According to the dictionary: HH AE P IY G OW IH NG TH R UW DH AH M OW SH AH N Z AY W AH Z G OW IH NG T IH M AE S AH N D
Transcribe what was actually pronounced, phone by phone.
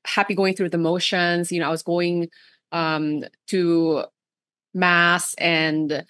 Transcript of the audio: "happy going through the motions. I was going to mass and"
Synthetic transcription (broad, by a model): HH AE P IY G OW IH NG TH R UW DH AH M OW SH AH N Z AY W AH Z G OW IH NG T IH M AE S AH N